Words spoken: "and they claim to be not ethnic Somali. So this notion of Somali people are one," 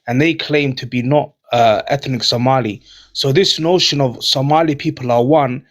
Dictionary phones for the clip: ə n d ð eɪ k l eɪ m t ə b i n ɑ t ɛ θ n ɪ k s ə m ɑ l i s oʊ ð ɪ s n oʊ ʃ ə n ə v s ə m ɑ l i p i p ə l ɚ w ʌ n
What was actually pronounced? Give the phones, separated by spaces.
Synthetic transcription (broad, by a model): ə n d ð eɪ k l eɪ m t ə b i n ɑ t ɛ θ n ɪ k s ə m ɑ l i s oʊ ð ɪ s n oʊ ʃ ə n ə v s ə m ɑ l i p i p ə l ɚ w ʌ n